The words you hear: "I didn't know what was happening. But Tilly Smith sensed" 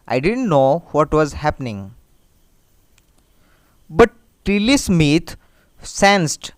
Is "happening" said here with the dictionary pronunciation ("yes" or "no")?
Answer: yes